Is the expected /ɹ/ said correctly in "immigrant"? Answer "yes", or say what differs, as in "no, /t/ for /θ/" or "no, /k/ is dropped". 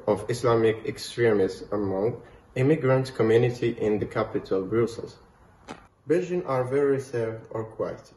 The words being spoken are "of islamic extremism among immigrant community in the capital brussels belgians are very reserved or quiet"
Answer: yes